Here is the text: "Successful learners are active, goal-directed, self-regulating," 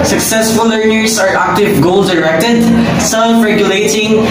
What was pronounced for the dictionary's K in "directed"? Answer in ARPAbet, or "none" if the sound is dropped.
K